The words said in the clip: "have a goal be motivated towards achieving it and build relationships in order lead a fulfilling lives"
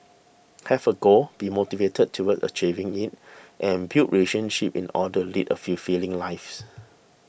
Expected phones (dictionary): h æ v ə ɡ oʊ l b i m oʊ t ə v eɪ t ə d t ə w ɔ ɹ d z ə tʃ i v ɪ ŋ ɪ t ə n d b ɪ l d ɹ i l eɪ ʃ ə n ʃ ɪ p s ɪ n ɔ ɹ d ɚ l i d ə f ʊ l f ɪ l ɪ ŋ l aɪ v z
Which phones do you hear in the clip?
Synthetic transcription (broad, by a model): h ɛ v ə ɡ oʊ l b i m oʊ t ə v eɪ t ə d t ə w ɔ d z ə tʃ i v ɪ ŋ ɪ t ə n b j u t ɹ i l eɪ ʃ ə n ʃ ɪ p ɪ n ɔ d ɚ l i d ə f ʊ f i l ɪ ŋ l aɪ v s